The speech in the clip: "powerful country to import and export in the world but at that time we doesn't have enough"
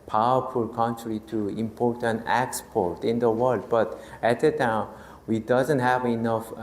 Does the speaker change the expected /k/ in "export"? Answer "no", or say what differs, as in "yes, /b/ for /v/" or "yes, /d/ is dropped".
no